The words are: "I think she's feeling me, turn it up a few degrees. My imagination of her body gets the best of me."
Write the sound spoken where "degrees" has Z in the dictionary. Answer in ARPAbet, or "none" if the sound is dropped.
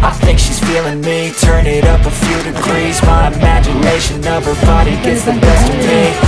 Z